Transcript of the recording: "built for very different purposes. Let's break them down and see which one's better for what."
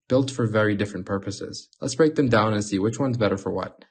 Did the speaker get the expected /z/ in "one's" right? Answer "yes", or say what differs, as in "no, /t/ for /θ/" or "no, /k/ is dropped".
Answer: yes